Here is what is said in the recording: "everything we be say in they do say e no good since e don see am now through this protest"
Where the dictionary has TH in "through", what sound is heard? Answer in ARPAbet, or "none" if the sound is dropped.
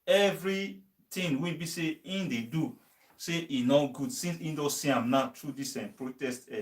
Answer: T